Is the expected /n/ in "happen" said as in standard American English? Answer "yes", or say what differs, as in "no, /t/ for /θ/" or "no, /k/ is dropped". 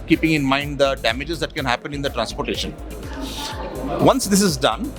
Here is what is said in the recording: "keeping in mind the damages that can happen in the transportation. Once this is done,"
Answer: yes